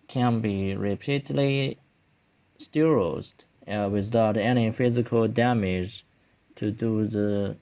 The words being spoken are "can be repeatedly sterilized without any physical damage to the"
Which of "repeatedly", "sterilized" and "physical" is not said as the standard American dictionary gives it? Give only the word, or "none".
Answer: sterilized